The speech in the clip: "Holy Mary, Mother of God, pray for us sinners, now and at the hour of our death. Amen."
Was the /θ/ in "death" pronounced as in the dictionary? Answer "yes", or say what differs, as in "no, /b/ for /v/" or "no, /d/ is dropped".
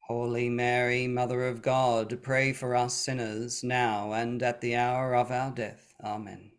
yes